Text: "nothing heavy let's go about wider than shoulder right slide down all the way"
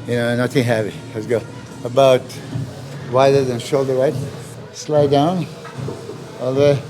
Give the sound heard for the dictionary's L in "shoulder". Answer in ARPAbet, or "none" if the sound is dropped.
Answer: L